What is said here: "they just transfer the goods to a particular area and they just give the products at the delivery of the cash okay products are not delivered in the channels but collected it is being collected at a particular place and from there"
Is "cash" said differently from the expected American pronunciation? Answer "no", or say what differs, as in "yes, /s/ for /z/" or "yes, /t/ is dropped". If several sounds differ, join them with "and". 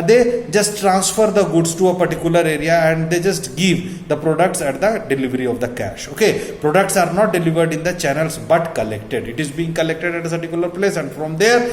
no